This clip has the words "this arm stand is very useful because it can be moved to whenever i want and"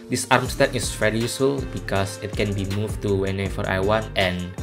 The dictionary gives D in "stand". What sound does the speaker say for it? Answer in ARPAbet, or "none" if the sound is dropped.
none